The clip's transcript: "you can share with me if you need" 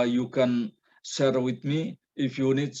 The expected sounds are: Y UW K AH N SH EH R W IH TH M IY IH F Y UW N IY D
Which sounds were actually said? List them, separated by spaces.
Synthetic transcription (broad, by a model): Y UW K AH N S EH R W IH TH M IY IH F Y UW N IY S